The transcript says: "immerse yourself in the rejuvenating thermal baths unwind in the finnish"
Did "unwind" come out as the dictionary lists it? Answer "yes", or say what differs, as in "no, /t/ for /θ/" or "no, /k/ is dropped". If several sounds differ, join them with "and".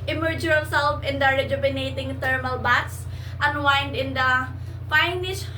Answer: yes